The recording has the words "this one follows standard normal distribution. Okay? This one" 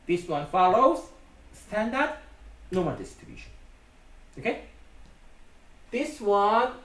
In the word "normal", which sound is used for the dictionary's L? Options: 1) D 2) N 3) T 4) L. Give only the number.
2